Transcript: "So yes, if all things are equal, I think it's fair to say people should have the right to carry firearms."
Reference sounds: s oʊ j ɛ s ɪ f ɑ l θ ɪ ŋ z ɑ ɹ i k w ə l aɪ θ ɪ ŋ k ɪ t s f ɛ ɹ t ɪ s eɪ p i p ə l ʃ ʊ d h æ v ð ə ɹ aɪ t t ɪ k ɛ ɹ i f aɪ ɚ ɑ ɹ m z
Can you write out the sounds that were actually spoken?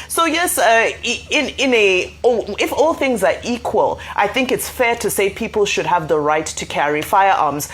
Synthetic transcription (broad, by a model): s oʊ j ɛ s ɪ f ɑ l θ ɪ ŋ z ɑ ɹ i k w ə l aɪ θ ɪ ŋ k ɪ t s f ɛ ɹ t ɪ s eɪ p i p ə l ʃ ʊ d h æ v ð ə ɹ aɪ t t ɪ k ɛ ɹ i f aɪ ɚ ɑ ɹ m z